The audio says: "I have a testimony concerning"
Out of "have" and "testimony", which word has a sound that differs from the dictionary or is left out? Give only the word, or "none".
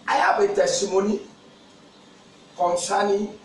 have